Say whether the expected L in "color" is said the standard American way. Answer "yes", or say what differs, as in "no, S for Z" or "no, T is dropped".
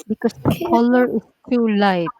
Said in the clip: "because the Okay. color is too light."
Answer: yes